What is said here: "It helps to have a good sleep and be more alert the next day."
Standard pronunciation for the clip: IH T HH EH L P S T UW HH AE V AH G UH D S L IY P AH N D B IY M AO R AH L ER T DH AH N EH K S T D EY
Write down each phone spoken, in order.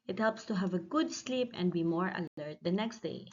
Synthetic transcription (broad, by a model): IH T HH EH L P S T UW HH AE V AH G UH D S L IY P AH N D B IY M AO R AH L ER T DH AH N EH K S T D EY